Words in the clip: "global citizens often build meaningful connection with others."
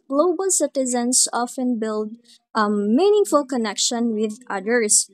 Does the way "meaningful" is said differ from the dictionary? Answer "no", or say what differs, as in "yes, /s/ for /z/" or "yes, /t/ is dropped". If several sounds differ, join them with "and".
no